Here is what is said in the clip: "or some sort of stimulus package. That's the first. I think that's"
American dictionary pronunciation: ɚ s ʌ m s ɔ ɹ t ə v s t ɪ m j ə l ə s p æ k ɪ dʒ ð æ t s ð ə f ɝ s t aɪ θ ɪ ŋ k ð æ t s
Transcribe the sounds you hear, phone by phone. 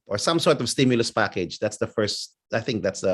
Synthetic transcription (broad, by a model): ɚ s ʌ m s ɔ ɹ t ə v s t ɪ m j ə l ə s p æ k ɪ dʒ ð æ t s ð ə f ɝ s t aɪ θ ɪ ŋ k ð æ t s